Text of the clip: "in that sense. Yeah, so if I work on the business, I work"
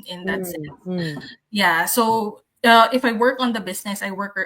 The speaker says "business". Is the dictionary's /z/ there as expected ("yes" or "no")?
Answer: no